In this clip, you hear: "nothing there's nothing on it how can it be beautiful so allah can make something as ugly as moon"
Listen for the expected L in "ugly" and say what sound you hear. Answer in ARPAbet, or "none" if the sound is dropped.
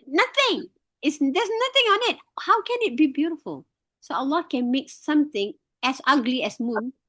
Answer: L